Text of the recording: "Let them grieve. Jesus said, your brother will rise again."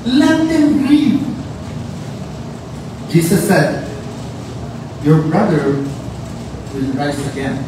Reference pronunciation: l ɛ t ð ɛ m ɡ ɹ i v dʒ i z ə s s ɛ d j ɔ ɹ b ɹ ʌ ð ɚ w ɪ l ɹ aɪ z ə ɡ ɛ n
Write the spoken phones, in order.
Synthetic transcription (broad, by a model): l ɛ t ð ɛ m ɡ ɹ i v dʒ i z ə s s ɛ d j ɔ ɹ b ɹ ʌ ð ɚ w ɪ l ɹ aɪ s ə ɡ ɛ n